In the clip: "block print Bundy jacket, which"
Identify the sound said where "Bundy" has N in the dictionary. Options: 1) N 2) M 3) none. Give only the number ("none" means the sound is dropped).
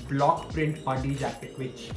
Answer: 3